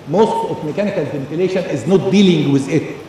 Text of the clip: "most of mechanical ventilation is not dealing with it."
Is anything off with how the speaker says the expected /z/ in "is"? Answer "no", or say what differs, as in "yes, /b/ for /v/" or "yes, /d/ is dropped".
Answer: no